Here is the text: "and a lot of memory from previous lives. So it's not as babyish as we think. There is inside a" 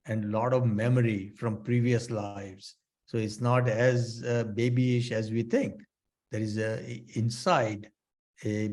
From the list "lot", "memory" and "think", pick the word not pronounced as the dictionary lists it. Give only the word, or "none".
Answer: think